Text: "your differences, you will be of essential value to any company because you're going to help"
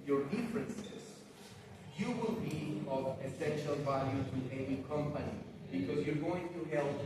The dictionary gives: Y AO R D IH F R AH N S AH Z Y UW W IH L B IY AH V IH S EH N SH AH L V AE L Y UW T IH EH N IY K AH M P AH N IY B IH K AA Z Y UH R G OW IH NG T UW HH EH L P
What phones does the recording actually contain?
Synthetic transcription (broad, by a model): Y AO R D IH F R AH N S AH Z Y UW W IH L B IY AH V IH S EH N SH AH L V AE L Y UW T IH EH N IY K AH M P AH N IY B IH K AA Z Y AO R G OW IH NG T UW HH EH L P